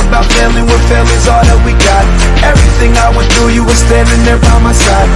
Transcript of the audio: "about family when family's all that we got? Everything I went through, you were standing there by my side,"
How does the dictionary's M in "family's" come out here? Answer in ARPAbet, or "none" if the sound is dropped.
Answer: none